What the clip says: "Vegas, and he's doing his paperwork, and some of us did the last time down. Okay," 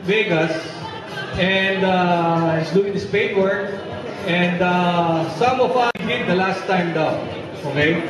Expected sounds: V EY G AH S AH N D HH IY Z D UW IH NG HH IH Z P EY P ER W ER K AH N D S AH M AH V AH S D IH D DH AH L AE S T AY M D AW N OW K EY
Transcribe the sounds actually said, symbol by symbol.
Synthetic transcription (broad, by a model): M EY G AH S AH N D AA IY S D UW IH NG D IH S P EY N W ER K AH N D S AH M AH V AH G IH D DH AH L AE S T AY M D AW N OW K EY